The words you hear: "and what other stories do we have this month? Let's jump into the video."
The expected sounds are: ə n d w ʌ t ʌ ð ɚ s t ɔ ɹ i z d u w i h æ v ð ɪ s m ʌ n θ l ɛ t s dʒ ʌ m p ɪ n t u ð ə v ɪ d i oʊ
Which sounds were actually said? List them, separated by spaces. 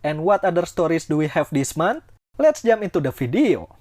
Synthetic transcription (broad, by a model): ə n w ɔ t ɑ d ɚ s t ɔ ɹ i s d u w i h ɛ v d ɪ s m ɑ n t l ɛ t s dʒ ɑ m ɪ n t u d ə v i d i oʊ